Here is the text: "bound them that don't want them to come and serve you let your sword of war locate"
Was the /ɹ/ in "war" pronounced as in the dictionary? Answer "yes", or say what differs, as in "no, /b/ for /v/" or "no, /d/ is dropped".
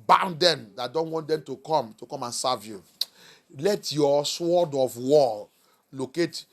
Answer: no, /l/ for /ɹ/